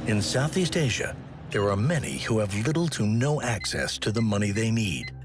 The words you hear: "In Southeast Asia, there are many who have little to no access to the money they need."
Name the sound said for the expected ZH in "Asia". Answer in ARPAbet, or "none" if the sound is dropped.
ZH